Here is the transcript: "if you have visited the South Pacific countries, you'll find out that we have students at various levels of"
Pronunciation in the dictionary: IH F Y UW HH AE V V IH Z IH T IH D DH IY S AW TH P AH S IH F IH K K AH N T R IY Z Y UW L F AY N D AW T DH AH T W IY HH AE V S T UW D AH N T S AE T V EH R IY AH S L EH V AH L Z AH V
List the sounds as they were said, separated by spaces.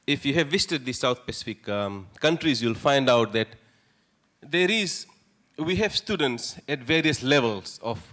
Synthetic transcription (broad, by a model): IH F Y UW HH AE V V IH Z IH T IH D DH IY S AW T P AH S IH F IH K K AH N T R IY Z Y UW L F AY N D AW T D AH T W IY HH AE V S T UW D AH N T S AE T V EH R IY AH S L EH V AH L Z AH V